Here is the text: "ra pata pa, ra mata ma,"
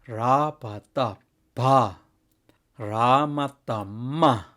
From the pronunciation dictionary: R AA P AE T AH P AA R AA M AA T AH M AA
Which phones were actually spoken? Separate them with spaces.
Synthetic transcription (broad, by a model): R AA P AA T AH B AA R AA M AA T AH M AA